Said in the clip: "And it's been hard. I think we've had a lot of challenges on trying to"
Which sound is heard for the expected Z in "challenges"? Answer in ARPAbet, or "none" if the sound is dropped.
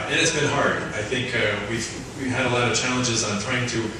Z